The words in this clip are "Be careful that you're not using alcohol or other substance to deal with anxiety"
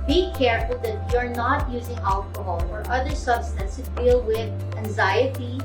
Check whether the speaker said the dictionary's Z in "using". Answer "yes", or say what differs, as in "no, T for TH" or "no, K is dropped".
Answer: yes